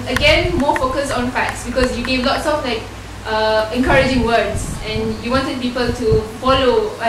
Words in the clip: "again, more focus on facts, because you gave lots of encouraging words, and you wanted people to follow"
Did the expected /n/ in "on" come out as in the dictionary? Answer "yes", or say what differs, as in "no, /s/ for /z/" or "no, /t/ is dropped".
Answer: yes